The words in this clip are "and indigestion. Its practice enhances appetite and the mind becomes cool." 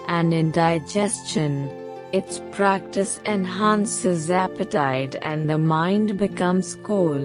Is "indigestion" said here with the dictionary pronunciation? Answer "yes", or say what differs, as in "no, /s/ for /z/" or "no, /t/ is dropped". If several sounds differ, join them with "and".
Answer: yes